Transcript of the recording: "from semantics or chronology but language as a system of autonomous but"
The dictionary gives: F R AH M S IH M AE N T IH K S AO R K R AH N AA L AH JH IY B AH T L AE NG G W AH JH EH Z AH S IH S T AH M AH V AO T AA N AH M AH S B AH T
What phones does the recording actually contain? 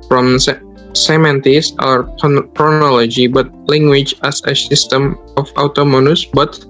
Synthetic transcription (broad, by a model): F R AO M S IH M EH N T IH S AO R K R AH N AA L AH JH IY B AH T L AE NG G W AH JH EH S AH S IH S T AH M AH F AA T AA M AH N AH S B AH T